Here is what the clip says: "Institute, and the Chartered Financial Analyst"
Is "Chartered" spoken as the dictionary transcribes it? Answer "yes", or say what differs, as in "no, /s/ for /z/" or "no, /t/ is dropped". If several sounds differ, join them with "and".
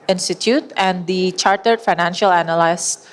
yes